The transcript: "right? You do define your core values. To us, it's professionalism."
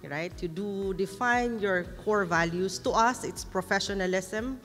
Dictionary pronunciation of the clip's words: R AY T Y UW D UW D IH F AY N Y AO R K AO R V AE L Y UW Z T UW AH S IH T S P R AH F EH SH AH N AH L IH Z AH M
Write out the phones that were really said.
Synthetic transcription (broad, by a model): R AY T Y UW D UW D IH F AY N Y AO R K AO R V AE L Y UW S T UW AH S IH T S P R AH F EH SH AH N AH L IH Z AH M